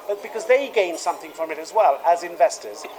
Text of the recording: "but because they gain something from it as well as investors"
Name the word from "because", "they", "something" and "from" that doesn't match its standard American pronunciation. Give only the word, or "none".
none